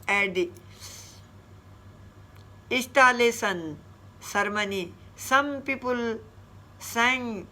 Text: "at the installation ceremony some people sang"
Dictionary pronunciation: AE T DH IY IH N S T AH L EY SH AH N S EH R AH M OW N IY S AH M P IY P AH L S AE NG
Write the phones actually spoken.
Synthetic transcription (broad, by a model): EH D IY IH S T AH L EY S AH N S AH R M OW N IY S AH M P IY P AH L S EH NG